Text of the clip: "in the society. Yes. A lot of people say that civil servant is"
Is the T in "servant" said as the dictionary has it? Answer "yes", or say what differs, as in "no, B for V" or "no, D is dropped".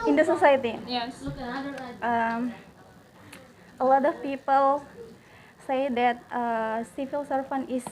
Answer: no, T is dropped